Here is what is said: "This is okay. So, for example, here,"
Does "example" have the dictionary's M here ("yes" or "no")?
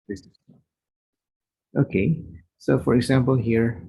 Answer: yes